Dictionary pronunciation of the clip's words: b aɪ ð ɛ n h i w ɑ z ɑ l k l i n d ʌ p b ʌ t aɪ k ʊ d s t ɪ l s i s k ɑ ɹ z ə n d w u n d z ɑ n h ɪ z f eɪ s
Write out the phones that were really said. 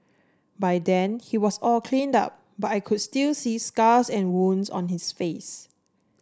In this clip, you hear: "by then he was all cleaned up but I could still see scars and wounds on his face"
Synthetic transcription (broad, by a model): b aɪ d ɛ n h i w ɑ s ɑ l k l i n d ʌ p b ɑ t aɪ k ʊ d s t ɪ l s i s k ɑ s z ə n w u n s ɑ n h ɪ s f eɪ s